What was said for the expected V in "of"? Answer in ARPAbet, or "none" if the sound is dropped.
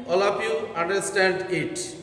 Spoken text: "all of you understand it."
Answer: P